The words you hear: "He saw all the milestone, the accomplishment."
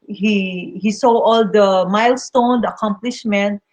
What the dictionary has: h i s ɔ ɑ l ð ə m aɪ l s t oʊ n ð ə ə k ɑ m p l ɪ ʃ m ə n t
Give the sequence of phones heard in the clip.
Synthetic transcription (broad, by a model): h i s ɔ ɑ l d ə m aɪ l s t oʊ n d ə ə k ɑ m p l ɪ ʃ m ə n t